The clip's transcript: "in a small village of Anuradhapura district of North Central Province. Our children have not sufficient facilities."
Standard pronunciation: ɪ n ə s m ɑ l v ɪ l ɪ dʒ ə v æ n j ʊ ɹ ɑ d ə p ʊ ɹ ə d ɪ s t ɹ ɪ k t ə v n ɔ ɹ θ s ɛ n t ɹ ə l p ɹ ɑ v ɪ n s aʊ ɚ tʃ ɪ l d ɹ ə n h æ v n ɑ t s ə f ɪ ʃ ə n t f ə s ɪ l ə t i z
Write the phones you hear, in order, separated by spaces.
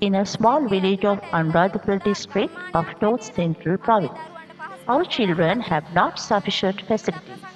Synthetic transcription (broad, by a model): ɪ n ə s m ɑ l v ɪ l ɪ dʒ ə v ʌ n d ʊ ɪ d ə b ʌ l d ɪ s t ɹ ɪ k t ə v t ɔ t s ɛ n t ɹ ə l p ɹ ɑ v ɪ n s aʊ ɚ tʃ ɪ l d ɹ ə n h æ v n ɑ t s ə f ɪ ʃ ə n t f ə s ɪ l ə t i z